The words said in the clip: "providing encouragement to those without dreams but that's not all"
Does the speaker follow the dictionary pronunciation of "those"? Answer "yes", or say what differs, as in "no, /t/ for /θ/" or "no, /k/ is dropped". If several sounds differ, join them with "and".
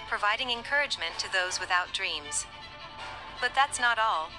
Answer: yes